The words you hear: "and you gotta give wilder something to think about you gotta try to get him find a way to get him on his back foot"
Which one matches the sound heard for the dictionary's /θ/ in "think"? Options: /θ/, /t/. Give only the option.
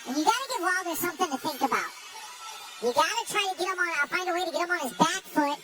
/θ/